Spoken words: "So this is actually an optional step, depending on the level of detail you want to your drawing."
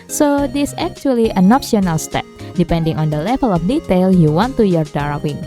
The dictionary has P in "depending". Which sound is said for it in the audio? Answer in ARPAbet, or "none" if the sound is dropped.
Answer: P